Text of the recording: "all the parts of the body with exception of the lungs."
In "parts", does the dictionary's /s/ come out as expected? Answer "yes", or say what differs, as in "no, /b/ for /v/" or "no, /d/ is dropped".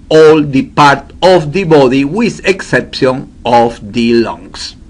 no, /s/ is dropped